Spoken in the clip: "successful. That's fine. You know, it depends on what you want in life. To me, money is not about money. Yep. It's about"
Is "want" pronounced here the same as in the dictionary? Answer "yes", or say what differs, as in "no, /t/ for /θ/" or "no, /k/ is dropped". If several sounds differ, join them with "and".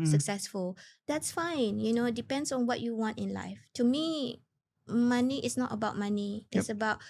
yes